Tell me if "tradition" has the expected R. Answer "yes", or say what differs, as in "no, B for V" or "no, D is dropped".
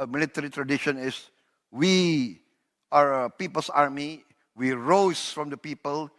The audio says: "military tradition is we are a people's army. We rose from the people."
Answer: yes